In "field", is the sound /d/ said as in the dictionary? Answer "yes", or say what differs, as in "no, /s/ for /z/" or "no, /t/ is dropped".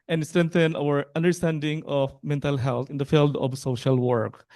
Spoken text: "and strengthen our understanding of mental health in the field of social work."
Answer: yes